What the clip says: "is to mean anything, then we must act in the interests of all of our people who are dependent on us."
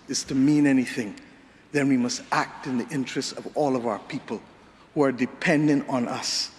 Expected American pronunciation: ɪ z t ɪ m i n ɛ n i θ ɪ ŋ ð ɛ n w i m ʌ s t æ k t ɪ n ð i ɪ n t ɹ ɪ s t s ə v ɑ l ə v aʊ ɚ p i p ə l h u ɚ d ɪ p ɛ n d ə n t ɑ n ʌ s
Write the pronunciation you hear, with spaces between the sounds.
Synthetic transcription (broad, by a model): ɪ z t ɪ m i n ɛ n i θ ɪ ŋ ð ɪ n w i m ʌ s t æ k t ɪ n ð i ɪ n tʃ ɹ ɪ s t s ə v ɑ l ə v aʊ ɚ p i p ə l h u ɚ d ɪ p ɛ n d ə n t n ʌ s